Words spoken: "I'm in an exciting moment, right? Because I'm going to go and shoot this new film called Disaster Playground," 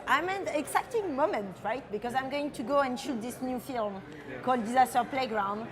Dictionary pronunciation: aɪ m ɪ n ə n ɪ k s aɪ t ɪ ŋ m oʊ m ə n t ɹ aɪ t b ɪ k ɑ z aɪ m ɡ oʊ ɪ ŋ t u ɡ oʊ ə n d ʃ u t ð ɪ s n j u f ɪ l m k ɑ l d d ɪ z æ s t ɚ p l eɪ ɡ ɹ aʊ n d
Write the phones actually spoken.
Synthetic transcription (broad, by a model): aɪ m ɪ n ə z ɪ k t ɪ ŋ m oʊ m ə n t ɹ aɪ t b ɪ k ɑ z aɪ m ɡ oʊ ɪ ŋ t u ɡ oʊ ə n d ʃ u t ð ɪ s n j u f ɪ l m k ɑ l d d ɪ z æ s t ɚ p l eɪ ɡ ɹ aʊ n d